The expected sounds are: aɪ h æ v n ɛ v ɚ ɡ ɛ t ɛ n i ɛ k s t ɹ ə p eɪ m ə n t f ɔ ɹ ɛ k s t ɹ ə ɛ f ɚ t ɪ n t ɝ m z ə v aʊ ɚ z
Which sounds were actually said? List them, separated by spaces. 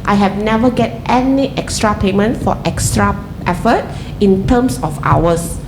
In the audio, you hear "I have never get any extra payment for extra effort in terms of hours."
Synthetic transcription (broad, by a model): aɪ h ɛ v n ɛ v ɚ ɡ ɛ t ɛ n i ɛ k s t ɹ ə p eɪ m ə n t f ɔ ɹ ɛ k s t ɹ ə ɛ f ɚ t ɪ n t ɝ m s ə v aʊ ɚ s